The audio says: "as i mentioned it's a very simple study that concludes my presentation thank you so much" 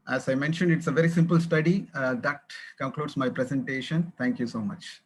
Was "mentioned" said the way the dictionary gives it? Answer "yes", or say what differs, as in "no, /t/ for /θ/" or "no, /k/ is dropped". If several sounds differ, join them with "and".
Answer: yes